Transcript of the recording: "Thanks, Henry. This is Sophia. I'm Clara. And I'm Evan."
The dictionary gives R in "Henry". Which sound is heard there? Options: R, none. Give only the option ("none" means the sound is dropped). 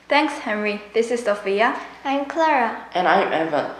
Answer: R